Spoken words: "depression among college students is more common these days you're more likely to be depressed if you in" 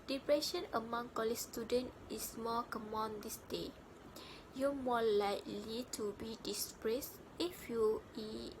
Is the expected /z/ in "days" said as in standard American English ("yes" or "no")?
no